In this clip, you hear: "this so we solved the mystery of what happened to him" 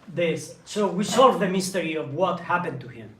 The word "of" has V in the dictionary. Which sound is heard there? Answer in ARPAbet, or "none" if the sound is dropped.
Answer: V